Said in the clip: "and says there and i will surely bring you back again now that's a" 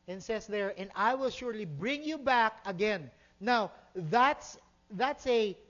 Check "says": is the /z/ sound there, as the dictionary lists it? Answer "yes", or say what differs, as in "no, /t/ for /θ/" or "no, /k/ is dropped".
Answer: no, /s/ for /z/